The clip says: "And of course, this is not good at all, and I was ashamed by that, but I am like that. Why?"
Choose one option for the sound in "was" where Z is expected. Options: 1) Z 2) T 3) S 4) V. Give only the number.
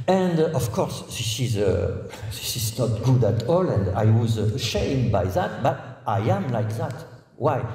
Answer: 1